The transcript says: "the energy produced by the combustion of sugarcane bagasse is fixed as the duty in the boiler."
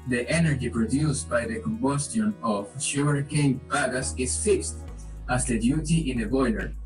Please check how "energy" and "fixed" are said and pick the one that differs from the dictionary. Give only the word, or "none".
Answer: none